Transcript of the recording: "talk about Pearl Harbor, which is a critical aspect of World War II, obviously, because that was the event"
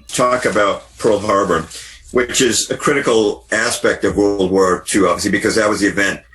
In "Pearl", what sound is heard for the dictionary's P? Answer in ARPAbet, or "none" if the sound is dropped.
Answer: P